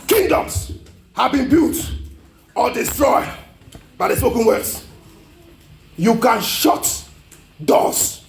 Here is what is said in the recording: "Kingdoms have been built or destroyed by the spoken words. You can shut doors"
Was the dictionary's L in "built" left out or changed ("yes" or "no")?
yes